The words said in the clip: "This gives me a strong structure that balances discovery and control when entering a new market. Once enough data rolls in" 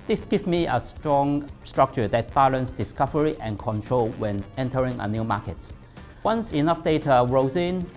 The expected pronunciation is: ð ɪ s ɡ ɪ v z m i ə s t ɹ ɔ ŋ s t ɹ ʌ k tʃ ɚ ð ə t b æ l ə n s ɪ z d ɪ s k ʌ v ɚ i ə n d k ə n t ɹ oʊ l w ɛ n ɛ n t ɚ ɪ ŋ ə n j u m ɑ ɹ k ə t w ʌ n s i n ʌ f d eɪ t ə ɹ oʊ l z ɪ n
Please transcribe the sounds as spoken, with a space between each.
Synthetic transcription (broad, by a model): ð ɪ s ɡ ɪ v m i ə s t ɹ ɔ ŋ s t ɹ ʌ k tʃ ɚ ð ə t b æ l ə n s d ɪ s k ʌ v ɚ i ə n k ə n t ɹ oʊ l w ɛ n ɛ n t ɚ ɪ ŋ ə n j u m ɑ k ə t w ʌ n s i n ʌ f d eɪ t ə ɹ oʊ z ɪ n